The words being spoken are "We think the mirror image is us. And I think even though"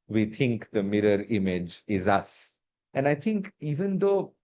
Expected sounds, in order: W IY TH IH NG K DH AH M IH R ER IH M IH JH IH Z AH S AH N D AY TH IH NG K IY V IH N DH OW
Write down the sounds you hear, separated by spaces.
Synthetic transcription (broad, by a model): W IY T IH NG K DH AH M IH R ER IH M IH JH IH Z AH S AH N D AY T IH NG K IY V IH N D OW